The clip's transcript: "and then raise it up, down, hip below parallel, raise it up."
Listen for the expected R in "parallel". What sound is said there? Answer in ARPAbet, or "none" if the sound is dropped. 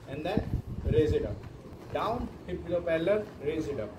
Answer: L